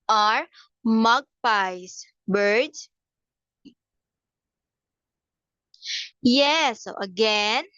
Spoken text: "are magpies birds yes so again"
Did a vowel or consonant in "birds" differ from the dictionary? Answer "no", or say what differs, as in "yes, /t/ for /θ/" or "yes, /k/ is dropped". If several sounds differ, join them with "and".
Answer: yes, /z/ is dropped